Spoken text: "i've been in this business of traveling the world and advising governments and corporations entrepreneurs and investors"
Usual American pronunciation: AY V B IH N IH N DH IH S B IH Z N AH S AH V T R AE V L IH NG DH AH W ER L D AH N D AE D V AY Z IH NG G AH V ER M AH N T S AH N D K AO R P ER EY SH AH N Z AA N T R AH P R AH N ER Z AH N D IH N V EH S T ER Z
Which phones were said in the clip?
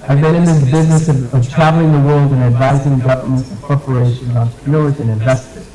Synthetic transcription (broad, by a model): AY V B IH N IH N DH IH S B IH Z N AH S AH V T R AE V L IH NG DH AH W ER L D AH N AE D V AY Z IH NG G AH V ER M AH N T S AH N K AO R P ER EY SH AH N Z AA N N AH R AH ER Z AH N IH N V EH S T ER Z